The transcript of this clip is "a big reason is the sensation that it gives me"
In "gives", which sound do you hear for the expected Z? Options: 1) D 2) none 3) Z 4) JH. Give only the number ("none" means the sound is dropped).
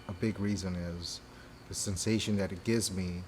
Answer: 3